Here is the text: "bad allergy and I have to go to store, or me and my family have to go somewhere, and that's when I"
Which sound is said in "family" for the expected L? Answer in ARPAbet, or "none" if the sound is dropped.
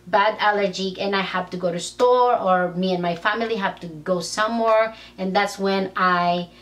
L